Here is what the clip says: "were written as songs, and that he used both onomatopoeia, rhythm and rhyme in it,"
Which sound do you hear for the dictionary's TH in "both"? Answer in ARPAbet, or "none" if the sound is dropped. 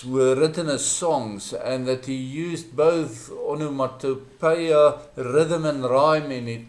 TH